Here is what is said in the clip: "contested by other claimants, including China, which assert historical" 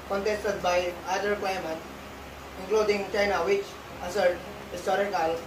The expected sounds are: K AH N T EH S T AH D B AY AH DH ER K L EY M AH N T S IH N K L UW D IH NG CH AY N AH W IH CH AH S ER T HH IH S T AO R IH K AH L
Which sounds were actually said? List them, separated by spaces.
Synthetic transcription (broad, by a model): K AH N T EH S T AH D B AY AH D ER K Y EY M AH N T IH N K L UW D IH NG CH AY N AH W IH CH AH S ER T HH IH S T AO R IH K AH L